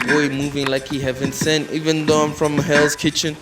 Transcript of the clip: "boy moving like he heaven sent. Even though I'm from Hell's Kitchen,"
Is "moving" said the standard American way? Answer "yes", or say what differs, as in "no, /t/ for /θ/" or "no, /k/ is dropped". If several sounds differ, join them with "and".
yes